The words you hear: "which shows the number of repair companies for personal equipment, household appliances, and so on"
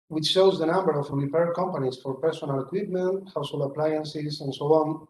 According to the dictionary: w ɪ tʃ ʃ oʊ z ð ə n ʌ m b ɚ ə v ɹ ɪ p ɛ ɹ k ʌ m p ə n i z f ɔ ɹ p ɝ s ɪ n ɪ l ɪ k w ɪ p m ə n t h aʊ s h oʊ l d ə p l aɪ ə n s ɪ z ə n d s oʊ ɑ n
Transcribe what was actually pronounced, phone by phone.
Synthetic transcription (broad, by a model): w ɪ tʃ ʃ oʊ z ð ə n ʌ m b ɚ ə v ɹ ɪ p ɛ ɹ k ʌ m p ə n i s f ɔ ɹ p ɝ s ɪ n ɪ l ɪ k w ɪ p m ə n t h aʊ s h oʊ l ə p l aɪ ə n s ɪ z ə n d s oʊ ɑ n